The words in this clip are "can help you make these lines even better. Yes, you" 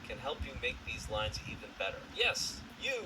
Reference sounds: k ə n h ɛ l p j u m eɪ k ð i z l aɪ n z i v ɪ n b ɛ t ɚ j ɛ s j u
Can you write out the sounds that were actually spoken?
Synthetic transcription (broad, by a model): k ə n h ɛ l p j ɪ m eɪ k ð i z l aɪ n z i v ɪ n b ɛ t ɚ j ɛ s j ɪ